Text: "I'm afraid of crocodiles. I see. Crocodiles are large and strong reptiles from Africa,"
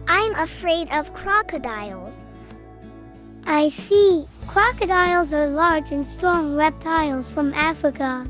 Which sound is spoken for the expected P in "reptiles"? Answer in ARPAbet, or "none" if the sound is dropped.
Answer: P